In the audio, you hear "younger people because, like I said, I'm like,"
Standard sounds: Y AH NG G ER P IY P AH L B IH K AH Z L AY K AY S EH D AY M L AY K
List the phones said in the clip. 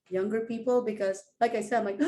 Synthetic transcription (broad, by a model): Y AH NG G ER P IY P AH L B IH K AH Z L AY K AY S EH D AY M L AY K